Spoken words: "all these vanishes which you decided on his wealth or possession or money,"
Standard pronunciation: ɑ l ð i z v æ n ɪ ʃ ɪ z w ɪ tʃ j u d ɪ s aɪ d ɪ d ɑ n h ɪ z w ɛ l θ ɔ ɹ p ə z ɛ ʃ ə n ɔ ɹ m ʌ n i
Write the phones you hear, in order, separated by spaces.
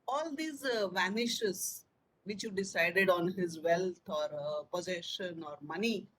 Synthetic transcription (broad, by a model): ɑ l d i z v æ n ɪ ʃ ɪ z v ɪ tʃ j u d ɪ s aɪ d ɪ d ɑ n h ɪ z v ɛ l t ɔ ɹ p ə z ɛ ʃ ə n ɔ ɹ m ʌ n i